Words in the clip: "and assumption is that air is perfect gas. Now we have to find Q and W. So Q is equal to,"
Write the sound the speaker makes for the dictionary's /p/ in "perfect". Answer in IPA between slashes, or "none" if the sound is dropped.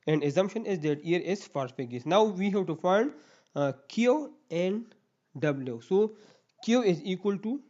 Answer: /f/